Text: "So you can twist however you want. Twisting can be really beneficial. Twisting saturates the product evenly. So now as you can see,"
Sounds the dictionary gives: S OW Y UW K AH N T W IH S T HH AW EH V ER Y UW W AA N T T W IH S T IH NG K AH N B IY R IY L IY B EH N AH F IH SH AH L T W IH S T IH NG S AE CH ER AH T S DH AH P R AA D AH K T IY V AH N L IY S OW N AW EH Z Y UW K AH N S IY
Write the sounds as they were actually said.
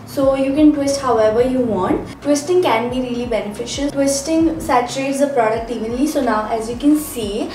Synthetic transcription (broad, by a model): S OW Y UW K AH N T W IH S T HH AW EH V ER Y UW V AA N T T W IH S T IH NG K AH N B IY R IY L IY B EH N AH F IH SH AH L T W IH S T IH NG S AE CH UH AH T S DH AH P R AA D AH K T IY V AH N L IY S OW N AW EH Z Y UW K AH N S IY